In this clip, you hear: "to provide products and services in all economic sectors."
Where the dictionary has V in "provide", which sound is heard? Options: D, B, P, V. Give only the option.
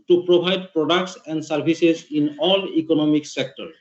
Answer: B